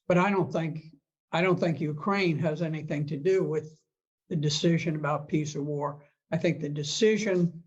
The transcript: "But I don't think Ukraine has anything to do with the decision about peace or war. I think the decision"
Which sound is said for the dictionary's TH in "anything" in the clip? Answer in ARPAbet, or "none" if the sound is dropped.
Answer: TH